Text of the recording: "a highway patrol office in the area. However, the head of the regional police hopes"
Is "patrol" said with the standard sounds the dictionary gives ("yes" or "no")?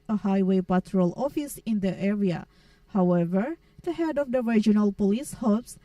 yes